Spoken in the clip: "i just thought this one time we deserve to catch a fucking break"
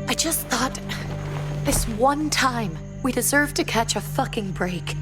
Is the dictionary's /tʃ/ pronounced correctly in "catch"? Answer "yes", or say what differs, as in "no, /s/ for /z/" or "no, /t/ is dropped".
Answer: yes